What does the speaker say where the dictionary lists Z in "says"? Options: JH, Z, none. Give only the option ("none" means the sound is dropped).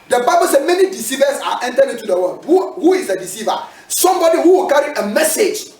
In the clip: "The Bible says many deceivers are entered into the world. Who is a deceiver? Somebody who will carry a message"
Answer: none